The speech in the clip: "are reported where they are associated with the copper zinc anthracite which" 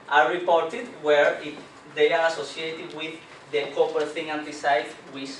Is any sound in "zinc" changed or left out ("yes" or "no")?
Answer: yes